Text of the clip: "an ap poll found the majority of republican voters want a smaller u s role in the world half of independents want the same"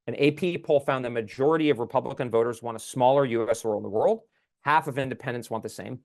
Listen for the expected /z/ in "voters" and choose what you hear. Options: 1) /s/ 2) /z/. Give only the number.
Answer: 2